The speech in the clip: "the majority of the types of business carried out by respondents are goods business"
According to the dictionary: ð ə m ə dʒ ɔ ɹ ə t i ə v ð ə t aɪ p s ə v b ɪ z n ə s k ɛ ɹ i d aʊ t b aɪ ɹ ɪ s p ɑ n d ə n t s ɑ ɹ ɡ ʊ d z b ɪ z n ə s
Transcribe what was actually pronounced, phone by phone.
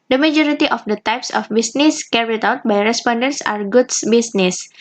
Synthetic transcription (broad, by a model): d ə m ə dʒ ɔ ɹ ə t i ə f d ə t aɪ p s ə f b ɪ s n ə s k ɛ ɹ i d aʊ t b aɪ ɹ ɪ s p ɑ n d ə n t s ɑ ɹ ɡ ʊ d s b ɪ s n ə s